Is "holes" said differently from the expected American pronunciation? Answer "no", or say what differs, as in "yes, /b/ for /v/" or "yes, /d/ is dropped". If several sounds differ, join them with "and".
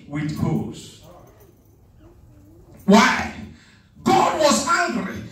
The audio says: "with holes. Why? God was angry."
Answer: yes, /l/ is dropped